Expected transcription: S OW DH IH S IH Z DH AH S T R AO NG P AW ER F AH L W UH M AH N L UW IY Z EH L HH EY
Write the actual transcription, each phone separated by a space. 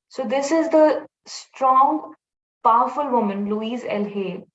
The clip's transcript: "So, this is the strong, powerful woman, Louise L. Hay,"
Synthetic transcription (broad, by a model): S OW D IH S IH Z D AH S T R AO NG P AW ER F AH L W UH M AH N L UW IY Z EH L HH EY